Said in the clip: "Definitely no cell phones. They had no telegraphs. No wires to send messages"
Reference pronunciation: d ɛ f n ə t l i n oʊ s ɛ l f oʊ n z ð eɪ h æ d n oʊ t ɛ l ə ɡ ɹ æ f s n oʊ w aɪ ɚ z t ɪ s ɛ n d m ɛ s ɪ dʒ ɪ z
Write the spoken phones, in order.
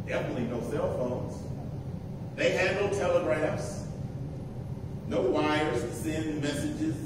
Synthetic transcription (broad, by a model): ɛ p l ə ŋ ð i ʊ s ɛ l f oʊ n z ð eɪ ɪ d n oʊ t ɛ l ə ɡ ɹ æ f s n oʊ w aɪ ɚ z s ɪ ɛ n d m ɛ s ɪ dʒ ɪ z